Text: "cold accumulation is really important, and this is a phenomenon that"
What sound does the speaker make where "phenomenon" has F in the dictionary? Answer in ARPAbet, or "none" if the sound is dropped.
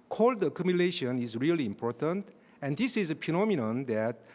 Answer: P